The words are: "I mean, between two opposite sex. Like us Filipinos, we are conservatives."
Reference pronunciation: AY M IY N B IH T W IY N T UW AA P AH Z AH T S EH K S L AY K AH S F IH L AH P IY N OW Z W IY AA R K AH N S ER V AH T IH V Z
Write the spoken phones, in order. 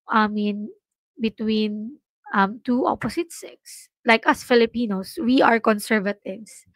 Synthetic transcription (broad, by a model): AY M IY N B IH T W IY N T UW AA P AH S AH T S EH K S L AY K AH S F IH L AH P IY N OW S W IY AA R K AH N S ER V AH T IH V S